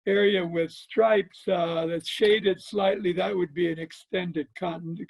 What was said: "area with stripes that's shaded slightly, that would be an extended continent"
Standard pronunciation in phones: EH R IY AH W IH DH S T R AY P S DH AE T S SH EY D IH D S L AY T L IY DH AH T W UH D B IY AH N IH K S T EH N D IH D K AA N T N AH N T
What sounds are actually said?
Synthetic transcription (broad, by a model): EH R IY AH W IH DH S T R AY P S DH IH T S SH EY D IH D S L AY T L IY DH AH T W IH D B IY AH N IH K S T EH N D IH D K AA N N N